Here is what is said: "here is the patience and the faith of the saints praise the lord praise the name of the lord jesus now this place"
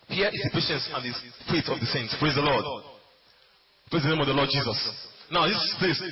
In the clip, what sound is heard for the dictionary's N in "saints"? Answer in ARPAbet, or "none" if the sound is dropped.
N